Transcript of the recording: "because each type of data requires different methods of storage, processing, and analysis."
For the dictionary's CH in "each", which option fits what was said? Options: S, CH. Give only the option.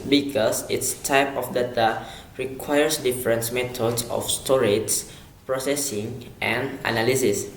S